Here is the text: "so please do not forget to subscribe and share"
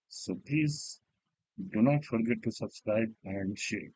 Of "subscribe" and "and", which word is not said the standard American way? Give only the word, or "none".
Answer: none